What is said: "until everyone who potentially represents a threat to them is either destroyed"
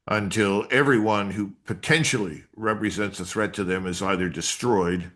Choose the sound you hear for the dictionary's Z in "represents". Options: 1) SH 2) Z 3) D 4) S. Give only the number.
2